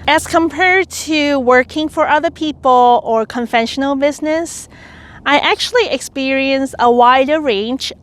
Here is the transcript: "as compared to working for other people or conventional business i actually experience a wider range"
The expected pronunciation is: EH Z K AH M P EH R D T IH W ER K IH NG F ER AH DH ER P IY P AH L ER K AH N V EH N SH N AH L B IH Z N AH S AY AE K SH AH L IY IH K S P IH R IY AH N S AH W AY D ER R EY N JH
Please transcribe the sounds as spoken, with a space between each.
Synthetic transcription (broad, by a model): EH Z K AH M P EH R D T IH W ER K IH NG F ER AH DH ER P IY P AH L ER K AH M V EH N SH N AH L B IH Z N AH S AY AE K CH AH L IY IH K S P IH R IY AH N S AH W AY D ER R EY N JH